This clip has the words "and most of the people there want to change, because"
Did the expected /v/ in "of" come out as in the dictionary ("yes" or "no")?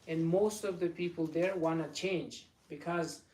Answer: yes